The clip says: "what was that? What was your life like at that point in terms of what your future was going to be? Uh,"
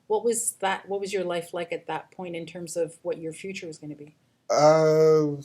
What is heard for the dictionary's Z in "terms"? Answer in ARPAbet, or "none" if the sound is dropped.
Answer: Z